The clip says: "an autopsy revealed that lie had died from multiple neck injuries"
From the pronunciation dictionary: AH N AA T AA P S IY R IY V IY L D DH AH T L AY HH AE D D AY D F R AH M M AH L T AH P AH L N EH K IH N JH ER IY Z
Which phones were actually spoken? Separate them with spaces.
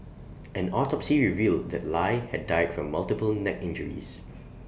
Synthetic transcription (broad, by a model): AH N AA T AA P S IY R IY V IY L D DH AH T L AY HH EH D D AY D F R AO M M AH L T AH P AH L N EH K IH N JH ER IY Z